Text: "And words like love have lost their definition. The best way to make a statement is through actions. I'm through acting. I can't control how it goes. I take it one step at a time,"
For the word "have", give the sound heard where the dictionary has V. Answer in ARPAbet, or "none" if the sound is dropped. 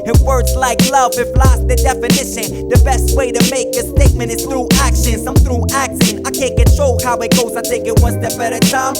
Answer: F